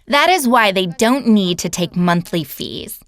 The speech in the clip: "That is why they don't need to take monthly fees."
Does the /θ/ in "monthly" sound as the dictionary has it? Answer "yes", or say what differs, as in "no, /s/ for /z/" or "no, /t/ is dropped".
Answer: yes